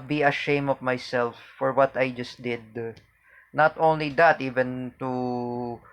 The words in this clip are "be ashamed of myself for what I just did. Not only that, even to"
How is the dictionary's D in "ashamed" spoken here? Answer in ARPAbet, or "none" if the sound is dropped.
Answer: none